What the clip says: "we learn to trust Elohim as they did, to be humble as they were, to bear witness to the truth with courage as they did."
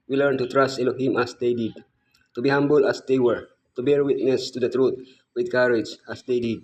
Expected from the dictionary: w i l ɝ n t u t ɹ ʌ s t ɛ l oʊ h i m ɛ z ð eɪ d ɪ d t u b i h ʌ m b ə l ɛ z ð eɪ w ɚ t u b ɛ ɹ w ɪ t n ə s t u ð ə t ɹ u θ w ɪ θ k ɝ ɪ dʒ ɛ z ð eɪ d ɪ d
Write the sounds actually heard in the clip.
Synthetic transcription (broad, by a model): w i l ɝ n t u t ɹ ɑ s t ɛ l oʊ h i m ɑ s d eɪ d ɪ d t u b i h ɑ m b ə l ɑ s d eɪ w ɚ t u b ɛ ɹ w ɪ t n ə s t u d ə t ɹ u t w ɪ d k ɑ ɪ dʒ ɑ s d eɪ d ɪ d